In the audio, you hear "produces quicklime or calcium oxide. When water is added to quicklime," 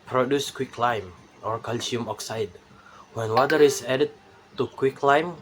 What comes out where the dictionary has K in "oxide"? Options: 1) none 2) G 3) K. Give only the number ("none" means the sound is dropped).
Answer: 3